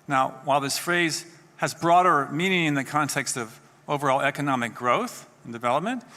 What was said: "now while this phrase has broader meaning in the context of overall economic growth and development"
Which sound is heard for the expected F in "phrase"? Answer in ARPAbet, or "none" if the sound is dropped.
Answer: F